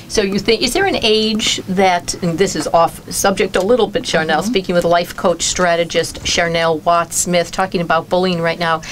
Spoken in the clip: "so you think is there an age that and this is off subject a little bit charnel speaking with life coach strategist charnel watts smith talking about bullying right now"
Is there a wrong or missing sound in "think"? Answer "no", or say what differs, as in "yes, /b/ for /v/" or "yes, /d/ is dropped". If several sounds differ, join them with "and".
no